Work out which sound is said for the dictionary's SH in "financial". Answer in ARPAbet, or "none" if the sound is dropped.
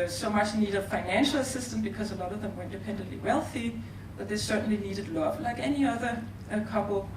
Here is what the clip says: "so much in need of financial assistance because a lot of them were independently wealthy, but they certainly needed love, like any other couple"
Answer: SH